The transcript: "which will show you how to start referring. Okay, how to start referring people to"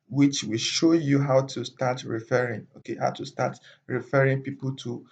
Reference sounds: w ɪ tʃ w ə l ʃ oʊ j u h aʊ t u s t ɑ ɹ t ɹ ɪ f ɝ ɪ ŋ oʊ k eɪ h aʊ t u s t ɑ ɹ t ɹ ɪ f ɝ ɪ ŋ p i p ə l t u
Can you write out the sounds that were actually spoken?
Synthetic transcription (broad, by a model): w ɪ tʃ w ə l ʃ oʊ j u h aʊ t u s t ɑ t ɹ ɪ f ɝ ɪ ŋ oʊ k eɪ h aʊ t u s t ɑ t ɹ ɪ f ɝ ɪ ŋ p i p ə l t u